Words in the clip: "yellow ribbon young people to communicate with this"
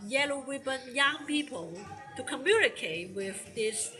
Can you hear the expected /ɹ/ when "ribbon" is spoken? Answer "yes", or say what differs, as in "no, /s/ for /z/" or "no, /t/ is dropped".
no, /w/ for /ɹ/